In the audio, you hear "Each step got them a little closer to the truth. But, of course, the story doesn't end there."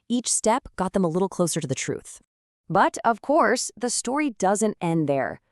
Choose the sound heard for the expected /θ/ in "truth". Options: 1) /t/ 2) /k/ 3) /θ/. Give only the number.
3